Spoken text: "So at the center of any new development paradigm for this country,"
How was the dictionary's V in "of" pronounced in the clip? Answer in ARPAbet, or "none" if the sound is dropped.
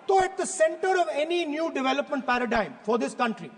V